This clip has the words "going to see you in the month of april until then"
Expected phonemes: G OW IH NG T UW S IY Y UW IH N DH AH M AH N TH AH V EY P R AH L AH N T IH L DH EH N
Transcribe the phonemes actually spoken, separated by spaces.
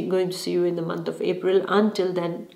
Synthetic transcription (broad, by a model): G OW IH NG T UW S IY Y UW IH N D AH M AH N T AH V EY P R AH L AH N T IH L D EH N